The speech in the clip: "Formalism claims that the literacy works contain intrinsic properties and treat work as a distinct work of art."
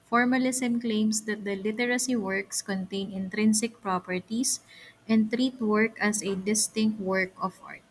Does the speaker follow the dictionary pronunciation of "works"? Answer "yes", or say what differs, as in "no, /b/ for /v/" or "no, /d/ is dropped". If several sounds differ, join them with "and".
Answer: yes